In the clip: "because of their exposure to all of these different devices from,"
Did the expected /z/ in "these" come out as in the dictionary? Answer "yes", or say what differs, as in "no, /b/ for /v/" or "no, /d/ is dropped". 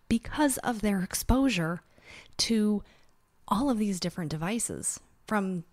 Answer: yes